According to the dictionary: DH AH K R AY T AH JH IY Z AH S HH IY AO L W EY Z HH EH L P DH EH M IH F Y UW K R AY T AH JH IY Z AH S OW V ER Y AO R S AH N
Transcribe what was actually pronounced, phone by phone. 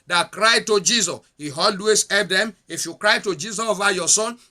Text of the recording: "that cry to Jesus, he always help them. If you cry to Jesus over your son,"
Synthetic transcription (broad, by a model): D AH K R AY T AH JH IY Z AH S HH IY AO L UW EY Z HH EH P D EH M IH F Y UW K R AY T AH JH IY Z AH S OW V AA Y AO S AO N